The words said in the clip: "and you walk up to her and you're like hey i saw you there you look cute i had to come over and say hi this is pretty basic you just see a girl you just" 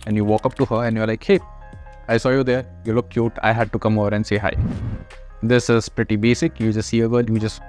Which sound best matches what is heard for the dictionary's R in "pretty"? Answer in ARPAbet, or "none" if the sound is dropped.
R